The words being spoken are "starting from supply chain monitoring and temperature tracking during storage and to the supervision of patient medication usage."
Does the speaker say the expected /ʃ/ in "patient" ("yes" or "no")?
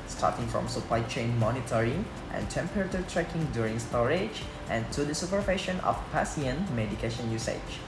no